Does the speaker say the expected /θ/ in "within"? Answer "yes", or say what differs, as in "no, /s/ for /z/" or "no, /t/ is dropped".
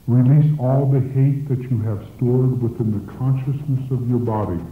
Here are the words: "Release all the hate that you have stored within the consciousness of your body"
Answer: yes